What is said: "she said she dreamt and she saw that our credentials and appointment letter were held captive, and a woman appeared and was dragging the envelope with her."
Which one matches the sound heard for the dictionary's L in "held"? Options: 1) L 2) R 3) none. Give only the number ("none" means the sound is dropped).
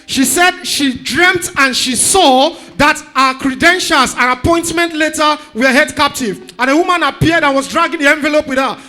3